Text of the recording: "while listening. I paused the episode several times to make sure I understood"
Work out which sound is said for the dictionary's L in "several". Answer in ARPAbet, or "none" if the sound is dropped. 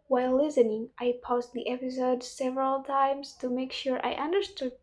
L